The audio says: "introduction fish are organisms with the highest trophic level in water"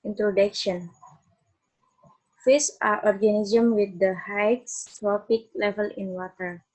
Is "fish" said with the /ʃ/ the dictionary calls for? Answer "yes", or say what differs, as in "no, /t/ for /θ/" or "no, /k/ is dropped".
no, /s/ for /ʃ/